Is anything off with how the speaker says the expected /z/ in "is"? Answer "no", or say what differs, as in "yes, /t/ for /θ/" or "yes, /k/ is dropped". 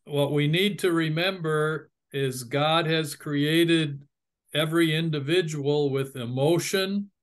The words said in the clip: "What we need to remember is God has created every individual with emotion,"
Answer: no